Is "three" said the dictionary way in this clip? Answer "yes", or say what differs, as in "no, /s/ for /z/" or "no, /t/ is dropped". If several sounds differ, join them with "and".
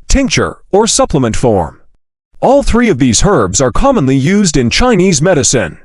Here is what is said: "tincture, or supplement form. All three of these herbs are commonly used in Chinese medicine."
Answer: yes